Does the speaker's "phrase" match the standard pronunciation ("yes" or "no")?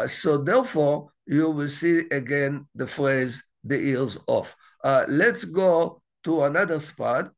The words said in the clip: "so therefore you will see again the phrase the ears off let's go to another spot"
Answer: yes